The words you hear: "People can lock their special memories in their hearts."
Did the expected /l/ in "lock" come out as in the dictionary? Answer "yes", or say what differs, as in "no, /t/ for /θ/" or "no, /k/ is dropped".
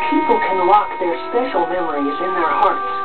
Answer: no, /w/ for /l/